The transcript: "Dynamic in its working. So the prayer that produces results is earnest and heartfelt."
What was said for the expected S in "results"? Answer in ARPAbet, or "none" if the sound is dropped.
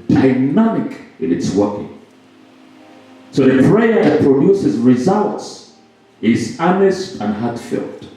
S